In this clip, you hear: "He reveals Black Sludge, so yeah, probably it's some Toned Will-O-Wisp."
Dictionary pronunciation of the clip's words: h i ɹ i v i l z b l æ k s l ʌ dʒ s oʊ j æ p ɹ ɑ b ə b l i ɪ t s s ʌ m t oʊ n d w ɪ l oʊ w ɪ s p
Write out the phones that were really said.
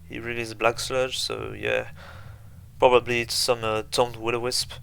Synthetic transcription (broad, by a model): h i ɹ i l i z b l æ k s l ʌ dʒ s oʊ j æ p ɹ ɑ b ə b l i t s s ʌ m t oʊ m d w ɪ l oʊ w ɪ s p